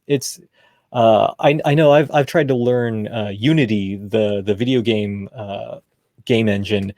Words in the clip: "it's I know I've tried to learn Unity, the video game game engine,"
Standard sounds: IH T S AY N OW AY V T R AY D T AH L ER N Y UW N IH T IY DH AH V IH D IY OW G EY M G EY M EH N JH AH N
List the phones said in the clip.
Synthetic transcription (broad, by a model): IH T S AY N OW AY V T R AY D T AH L ER N Y UW N IH T IY DH AH V IH D IY OW G EY M G EY M EH N JH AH N